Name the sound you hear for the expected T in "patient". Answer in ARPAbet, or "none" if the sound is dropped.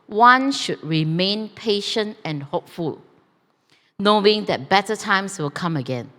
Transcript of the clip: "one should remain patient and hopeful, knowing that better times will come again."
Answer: T